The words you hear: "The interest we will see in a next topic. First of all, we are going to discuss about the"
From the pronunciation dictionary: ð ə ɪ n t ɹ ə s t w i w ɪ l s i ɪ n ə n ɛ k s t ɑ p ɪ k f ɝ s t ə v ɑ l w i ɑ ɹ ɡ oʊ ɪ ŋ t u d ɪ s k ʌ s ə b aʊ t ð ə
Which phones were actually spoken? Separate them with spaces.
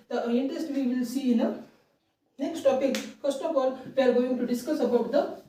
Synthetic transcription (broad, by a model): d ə ɪ n t ɹ ə s t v i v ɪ l s i ɪ n ə n ɛ k s t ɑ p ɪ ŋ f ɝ s t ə p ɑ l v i ɑ ɹ ɡ oʊ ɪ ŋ t u d ɪ s k ʌ s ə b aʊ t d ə